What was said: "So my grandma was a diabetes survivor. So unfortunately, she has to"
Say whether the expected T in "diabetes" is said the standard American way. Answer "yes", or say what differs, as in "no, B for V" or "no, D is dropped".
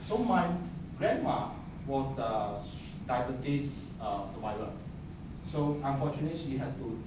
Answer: no, S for T